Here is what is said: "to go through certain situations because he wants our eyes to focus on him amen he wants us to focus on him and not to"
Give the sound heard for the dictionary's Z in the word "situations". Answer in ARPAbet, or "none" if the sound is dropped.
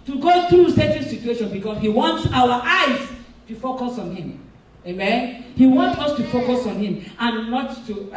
none